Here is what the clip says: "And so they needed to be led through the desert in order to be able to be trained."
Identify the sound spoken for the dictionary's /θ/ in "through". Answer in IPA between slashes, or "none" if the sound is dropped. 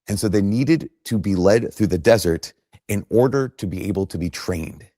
/θ/